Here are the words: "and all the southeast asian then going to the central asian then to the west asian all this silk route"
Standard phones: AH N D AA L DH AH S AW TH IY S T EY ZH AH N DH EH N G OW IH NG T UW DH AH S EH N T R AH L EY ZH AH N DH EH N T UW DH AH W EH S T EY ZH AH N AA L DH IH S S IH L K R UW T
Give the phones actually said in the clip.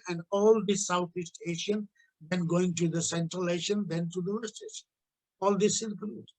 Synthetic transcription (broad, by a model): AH N D AA L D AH S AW T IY S T EY SH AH N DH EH N G OW IH NG T UW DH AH S EH N T R AH L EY SH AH N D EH N T UW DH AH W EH S T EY SH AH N AA L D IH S S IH N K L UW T